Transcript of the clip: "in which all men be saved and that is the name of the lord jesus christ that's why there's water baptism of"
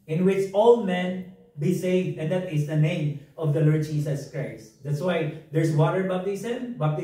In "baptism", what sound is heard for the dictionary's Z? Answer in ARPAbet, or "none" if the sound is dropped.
S